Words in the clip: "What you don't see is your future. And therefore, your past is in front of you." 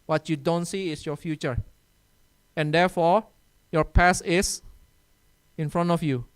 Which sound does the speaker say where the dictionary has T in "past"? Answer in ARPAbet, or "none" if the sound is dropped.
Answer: none